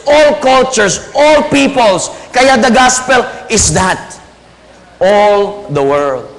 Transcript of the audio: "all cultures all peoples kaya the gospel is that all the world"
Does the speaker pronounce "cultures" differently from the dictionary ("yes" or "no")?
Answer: yes